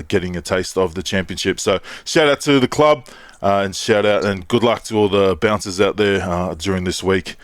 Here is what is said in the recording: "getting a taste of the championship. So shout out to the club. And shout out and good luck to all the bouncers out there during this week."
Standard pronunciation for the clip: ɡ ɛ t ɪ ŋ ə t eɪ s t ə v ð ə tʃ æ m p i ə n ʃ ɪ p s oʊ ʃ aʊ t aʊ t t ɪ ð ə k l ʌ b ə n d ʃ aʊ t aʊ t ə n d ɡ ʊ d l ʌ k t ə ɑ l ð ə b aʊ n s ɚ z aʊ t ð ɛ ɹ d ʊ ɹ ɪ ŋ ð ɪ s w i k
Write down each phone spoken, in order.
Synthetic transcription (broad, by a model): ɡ ɛ t ɪ ŋ ə t eɪ s t ə v ð ə tʃ æ m p i ə n ʃ ɪ p s oʊ ʃ aʊ t aʊ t t ɪ ð ə k l ʌ b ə n ʃ aʊ t aʊ t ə n ɡ ʊ d l ʌ k t ə ɑ l ð ə b aʊ n s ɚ z aʊ t ð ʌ ɹ d ʊ ɹ ɪ ŋ ð ɪ s w i k